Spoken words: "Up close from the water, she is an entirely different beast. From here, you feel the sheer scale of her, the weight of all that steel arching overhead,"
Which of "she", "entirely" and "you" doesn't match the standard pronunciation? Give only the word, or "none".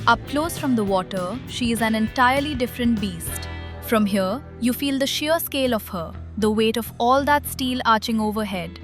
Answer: none